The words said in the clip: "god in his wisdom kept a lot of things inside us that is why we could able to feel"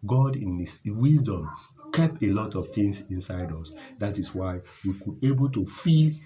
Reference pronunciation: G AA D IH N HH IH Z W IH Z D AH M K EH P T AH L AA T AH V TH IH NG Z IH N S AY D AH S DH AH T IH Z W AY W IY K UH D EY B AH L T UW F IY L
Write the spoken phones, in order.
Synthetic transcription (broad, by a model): G AA D IH N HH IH S W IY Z D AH M K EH P AH L AA T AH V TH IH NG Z IH N S AY D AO S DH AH T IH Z W AY W IY K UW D EY B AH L T UW F IY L